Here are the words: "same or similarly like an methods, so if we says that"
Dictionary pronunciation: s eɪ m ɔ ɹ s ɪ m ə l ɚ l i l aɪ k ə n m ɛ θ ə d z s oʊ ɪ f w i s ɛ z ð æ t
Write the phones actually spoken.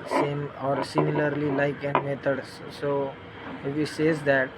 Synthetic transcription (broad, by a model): s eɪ m ɔ ɹ s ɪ m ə l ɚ l i l aɪ k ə n m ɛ t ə d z s oʊ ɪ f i s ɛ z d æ t